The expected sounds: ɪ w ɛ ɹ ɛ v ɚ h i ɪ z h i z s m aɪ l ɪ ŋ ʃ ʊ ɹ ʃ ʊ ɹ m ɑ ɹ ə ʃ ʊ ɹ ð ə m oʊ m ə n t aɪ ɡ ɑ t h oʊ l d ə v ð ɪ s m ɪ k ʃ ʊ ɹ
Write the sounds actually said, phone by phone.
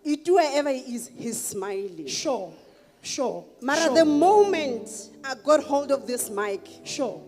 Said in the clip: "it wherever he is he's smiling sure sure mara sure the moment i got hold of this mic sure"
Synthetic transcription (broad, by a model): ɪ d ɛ w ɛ v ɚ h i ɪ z h i z s m aɪ l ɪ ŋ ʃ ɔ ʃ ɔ m ɑ ɹ ə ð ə m oʊ m ə n t aɪ ɡ ɑ t h oʊ l d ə f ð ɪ s m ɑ k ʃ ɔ